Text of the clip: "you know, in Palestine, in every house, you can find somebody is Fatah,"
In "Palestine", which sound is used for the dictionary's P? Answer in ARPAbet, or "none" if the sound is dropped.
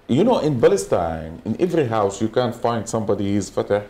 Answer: B